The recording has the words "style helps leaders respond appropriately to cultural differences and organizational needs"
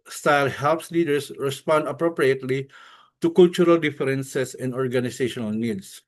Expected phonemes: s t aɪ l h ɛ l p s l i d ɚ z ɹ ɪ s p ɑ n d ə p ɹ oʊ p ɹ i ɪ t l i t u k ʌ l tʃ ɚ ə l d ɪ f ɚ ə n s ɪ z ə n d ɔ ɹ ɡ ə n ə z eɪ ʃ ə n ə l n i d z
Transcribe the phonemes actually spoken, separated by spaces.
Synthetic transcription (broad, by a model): s t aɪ l h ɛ l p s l i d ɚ s ɹ ɪ s p ɑ n d ə p ɹ oʊ p ɹ i ɪ t l i t u k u l tʃ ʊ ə l d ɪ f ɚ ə n s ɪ s ə n d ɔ ɹ ɡ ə n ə s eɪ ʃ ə n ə l n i d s